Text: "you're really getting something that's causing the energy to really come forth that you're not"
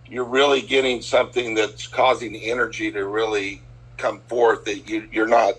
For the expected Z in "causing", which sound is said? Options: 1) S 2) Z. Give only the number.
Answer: 2